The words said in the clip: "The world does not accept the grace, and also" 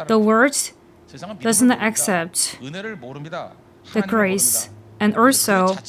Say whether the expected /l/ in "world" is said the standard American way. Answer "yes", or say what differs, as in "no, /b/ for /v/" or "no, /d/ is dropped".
no, /l/ is dropped